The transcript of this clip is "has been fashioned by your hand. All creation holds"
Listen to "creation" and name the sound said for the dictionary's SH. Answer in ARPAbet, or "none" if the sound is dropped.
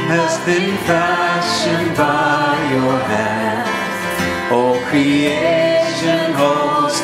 SH